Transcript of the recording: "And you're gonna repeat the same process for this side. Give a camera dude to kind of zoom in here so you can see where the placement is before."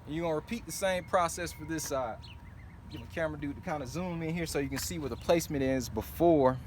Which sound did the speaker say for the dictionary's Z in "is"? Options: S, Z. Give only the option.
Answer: Z